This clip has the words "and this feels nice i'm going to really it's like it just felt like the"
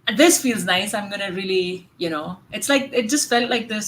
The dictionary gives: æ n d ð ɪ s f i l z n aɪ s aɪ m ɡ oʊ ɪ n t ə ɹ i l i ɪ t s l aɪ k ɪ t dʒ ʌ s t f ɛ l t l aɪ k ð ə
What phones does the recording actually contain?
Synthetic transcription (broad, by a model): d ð ɪ s f i l z n aɪ s aɪ m ɡ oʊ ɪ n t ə l i n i ɪ t s l aɪ k ɪ t dʒ ʌ s t f ɛ l t l aɪ k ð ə